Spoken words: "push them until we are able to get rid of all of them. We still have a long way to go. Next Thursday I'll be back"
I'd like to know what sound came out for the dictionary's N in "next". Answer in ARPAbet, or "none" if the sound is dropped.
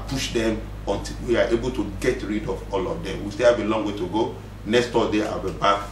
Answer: N